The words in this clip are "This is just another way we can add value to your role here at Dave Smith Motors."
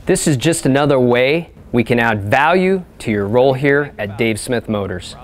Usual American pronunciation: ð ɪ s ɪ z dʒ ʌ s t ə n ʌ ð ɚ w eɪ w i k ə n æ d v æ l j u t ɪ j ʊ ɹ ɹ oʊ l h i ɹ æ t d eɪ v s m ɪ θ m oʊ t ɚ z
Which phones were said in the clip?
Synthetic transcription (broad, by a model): ð ɪ s ɪ z dʒ ʌ s t ə n ʌ ð ɚ w eɪ w i k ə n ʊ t v æ l j u t ɪ j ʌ ɹ ɹ oʊ l h i ɹ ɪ t d eɪ v s m ɪ θ m oʊ t ɚ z